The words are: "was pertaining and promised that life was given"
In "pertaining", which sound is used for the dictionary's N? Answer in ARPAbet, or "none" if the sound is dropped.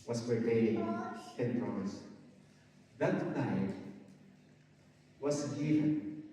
none